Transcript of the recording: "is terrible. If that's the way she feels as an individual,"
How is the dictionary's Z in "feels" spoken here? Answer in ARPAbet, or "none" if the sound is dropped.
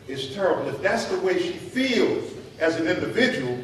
Z